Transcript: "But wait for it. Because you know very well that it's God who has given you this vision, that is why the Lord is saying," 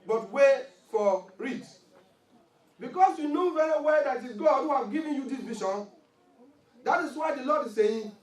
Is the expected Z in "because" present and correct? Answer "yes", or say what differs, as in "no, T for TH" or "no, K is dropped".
no, S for Z